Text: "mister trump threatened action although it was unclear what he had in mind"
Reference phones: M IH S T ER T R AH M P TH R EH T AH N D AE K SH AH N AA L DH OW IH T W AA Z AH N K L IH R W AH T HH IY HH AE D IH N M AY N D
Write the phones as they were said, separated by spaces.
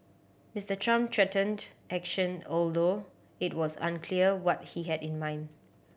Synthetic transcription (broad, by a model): M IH S T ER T R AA M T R EH T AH N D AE K SH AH N AA L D OW IH T W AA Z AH N K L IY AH W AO T HH IY HH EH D IH N M AY N D